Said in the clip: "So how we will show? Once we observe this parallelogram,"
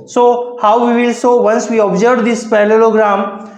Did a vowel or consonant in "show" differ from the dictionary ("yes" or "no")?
yes